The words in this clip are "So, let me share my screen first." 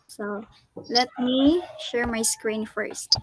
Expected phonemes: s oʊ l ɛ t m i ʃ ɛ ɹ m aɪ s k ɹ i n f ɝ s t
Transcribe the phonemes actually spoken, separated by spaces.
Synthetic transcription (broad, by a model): s oʊ l ɛ t m i ʃ ɛ ɹ m aɪ s k ɹ i n f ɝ s t